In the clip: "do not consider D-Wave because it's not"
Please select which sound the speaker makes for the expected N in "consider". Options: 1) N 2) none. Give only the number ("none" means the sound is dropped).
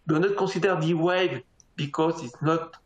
2